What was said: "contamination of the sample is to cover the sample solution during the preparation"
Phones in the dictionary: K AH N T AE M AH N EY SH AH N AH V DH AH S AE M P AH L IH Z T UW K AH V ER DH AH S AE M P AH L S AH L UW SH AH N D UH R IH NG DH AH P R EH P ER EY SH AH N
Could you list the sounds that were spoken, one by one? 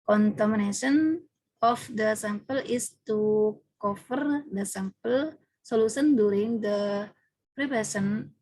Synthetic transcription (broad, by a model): K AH N T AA M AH N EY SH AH N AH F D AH S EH M P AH L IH S T UW K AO F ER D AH S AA M P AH L S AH L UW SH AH N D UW R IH NG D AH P R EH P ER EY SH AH N